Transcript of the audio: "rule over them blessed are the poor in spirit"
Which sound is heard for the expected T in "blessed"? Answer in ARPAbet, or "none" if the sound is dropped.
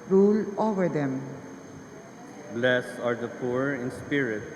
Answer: none